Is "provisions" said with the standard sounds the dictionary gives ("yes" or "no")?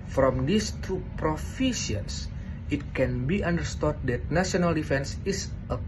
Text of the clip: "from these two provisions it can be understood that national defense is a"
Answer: no